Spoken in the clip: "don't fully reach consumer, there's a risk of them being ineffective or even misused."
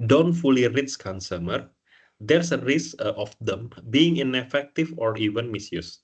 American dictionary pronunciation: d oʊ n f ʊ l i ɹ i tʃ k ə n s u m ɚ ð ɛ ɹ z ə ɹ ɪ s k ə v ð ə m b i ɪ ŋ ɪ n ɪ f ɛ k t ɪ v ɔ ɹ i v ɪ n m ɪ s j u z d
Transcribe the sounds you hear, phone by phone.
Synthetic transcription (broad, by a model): d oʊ n f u l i ɹ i s k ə n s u m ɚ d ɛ ɹ s ə ɹ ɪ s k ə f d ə m b i ɪ ŋ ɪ n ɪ f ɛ k t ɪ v ɔ ɹ i v ɪ n m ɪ s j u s